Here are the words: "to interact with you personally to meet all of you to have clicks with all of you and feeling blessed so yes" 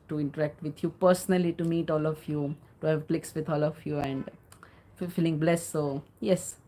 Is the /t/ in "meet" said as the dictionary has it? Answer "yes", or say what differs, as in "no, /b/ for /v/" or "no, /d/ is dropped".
yes